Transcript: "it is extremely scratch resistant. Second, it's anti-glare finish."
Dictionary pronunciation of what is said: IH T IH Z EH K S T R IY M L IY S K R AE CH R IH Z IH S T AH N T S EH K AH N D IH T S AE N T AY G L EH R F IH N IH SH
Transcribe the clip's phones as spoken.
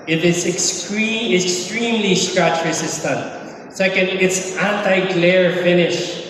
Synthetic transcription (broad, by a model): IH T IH S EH K S T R IY M L IY S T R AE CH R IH S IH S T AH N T S EH K AH N D IH T S AE N T AY G L EH R F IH N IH SH